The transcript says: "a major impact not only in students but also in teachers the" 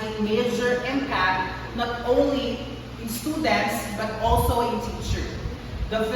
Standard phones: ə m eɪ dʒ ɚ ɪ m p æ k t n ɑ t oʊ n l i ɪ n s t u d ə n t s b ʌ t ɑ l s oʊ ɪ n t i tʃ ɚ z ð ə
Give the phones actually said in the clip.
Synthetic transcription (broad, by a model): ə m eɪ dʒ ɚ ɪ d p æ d n ɑ t oʊ n l i ɪ n s t u d ə n t s b ʌ t ɑ l s oʊ ɪ n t i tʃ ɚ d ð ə